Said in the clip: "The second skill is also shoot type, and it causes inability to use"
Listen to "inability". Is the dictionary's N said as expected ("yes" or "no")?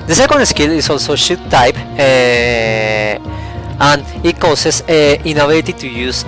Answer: no